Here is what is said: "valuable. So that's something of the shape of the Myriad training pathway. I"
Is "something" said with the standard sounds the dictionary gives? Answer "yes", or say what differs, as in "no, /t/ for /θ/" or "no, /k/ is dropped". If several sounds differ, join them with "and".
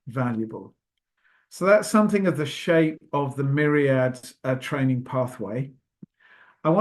yes